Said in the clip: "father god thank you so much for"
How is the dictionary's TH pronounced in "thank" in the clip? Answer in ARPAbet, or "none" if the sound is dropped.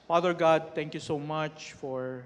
T